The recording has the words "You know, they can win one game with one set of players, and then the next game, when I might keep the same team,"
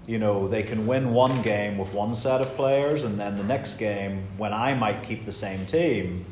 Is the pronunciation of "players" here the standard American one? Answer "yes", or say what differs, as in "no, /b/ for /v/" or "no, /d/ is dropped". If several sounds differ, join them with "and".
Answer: yes